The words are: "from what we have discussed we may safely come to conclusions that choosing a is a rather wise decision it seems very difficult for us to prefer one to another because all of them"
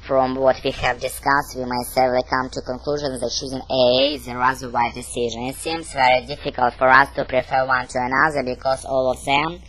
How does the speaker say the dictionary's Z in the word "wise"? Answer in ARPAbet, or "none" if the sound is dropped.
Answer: none